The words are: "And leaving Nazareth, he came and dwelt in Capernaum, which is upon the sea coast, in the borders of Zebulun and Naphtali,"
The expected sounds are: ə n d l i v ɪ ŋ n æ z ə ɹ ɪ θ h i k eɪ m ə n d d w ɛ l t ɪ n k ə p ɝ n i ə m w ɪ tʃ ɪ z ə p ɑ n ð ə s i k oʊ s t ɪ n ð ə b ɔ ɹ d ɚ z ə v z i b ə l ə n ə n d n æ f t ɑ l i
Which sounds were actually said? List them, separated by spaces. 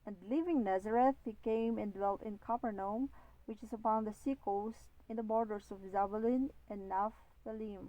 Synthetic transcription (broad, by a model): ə n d l i v ɪ ŋ n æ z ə ɹ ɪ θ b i k eɪ m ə n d d w ɛ l t ɪ n k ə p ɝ n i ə m w ɪ tʃ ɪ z ə p ɑ n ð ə s i k oʊ s t ɪ n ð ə b ɔ ɹ d ɚ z ə v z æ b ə l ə n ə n n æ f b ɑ l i